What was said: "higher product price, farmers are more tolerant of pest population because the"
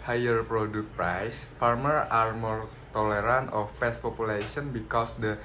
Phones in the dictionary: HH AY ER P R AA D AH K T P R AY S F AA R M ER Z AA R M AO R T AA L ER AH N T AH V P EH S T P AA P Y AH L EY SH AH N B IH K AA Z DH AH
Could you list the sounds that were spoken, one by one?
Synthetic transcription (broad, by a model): HH AY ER P R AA D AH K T P R AY S F AA R M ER AA R M AO R T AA L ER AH N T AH F P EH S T P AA P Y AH L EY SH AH N B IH K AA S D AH